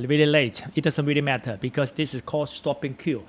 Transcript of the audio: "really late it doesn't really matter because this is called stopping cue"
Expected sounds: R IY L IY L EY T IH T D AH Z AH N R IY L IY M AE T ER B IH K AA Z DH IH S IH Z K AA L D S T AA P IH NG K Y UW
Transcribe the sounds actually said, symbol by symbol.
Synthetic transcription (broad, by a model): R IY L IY L EY T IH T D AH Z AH N R IY L IY M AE T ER B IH K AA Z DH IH S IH S K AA D S T AA P IH NG K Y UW